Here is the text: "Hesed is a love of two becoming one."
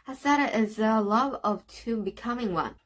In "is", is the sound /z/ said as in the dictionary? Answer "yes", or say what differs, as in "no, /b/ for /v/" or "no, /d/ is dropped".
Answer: yes